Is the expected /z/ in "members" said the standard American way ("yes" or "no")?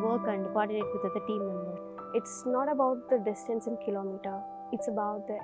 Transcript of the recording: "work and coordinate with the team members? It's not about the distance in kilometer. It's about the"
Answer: no